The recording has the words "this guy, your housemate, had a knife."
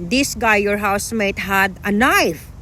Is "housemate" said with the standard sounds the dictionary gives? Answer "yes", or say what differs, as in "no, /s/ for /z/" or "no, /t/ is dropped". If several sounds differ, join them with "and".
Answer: yes